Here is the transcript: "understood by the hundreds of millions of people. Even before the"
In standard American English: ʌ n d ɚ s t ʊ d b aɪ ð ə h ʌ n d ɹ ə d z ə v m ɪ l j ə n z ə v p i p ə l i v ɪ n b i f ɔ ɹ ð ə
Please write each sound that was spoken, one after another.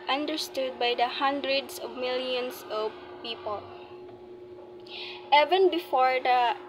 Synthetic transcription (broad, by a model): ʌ n d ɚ s t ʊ d b aɪ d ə h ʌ n d ɹ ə d s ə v m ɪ l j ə n s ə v p i p ə l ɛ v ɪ n b i f ɔ ɹ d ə